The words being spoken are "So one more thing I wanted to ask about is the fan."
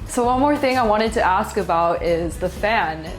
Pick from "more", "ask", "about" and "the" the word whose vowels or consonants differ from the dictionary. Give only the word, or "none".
none